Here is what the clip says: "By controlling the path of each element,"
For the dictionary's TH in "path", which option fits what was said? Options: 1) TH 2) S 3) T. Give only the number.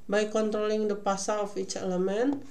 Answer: 2